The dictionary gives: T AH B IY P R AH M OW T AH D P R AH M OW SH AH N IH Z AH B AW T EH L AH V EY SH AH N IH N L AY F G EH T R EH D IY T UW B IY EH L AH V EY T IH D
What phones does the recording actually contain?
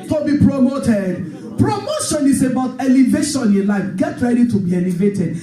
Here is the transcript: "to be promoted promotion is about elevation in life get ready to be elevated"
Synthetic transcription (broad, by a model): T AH B IY P R AH M OW T AH D P R AH M OW SH AH N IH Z AH B AW T EH L AH V EY SH AH N IH N L AY F G EH T R EH D IY T UW B IY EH L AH V EY T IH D